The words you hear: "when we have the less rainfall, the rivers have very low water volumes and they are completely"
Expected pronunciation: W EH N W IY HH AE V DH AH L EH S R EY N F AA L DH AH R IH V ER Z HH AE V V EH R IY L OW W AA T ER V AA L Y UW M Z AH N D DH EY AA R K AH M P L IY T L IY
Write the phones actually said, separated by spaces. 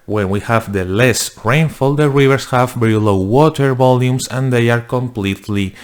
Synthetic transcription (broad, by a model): W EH N W IY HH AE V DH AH L EH S R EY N F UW L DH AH R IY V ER S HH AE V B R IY L OW W AA T ER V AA L Y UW M S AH N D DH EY AA R K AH M P L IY T L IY